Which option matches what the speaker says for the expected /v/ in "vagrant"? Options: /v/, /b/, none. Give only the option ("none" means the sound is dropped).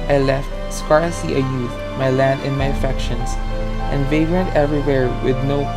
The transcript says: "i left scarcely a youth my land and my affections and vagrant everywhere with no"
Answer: /v/